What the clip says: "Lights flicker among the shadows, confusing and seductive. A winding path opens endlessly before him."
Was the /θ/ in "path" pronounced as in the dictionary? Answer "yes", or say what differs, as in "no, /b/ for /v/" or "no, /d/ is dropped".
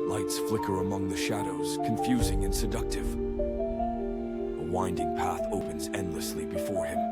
yes